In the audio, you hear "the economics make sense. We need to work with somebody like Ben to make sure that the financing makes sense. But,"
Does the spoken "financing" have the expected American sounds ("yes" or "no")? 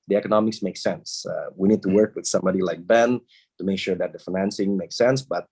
yes